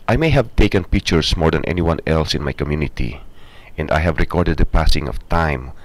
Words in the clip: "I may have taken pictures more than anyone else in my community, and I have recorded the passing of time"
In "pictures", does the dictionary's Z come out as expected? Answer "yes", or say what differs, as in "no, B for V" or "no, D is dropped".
no, S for Z